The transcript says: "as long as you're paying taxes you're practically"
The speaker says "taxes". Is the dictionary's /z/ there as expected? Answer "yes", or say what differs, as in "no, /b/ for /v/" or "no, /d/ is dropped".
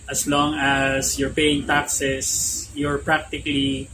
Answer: no, /s/ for /z/